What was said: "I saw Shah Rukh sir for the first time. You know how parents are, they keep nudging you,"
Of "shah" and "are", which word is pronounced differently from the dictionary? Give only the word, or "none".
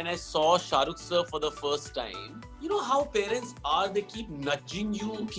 none